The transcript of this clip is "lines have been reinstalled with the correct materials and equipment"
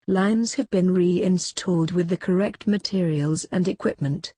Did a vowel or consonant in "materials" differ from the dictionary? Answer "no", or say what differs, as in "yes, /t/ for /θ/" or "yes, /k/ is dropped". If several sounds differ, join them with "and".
no